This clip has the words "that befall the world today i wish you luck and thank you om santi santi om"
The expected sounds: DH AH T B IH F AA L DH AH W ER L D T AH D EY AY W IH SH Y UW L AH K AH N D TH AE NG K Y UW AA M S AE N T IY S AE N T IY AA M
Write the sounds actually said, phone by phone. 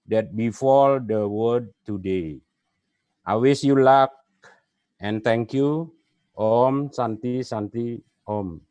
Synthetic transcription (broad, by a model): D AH T B IH F AA L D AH W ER D T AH D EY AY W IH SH Y UW L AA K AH N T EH NG K Y UW AA M S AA N T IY S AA N T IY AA M